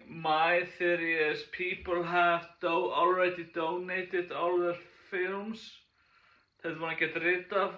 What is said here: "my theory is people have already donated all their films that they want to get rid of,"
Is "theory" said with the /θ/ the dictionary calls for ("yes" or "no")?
yes